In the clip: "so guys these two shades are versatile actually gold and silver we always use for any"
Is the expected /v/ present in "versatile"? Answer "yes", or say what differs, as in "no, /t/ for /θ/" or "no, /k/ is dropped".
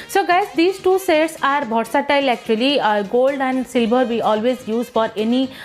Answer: no, /b/ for /v/